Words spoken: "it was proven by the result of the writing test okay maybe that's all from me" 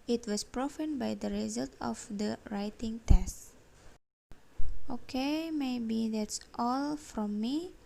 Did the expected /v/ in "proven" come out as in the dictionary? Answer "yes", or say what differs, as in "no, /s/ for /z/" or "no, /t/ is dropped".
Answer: no, /f/ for /v/